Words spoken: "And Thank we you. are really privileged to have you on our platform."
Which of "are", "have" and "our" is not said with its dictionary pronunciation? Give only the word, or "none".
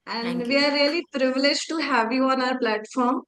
none